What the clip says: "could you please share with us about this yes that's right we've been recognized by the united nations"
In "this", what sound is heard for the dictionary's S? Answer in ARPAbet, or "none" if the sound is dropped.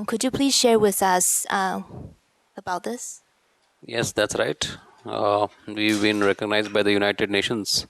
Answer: S